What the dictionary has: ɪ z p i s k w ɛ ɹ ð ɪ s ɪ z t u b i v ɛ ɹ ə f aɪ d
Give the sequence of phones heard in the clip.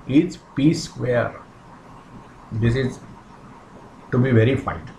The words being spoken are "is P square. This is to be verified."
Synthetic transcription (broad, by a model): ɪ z p i s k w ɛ ɹ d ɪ s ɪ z t u b i v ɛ ɹ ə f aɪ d